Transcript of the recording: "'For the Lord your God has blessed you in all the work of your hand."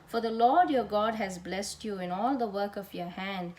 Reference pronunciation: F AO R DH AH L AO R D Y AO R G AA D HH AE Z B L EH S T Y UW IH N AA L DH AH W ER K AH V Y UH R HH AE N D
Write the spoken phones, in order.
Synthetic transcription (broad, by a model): F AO R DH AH L AO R D Y AO R G AA D HH AE Z B L EH S T Y UW IH N AA L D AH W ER K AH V Y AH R HH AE N D